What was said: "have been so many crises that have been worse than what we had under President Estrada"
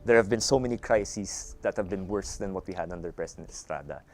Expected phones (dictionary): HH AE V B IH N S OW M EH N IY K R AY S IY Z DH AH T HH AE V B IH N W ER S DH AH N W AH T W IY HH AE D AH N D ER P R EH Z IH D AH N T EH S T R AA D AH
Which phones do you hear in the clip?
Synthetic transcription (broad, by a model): HH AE V B IH N S OW M EH N IY K R AY S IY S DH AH T HH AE V B IH N W ER S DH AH N W AH T W IY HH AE D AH N D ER P R EH S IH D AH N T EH S T R AA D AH